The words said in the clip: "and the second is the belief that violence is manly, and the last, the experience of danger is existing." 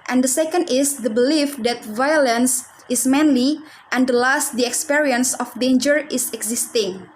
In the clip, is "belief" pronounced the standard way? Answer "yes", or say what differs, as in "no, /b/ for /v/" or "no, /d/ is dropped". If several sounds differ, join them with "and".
yes